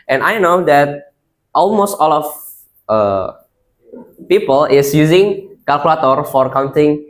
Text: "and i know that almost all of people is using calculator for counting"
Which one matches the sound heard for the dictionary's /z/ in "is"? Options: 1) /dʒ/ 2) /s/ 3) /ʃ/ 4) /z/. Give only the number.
2